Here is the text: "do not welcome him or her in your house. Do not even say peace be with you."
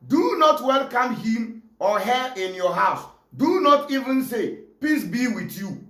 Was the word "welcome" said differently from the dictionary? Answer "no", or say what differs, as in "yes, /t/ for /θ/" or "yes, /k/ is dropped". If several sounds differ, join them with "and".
no